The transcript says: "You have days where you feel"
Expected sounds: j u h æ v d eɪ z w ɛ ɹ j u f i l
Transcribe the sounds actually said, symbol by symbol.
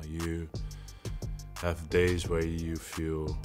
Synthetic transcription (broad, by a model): j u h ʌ v d eɪ z w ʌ ɹ j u f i l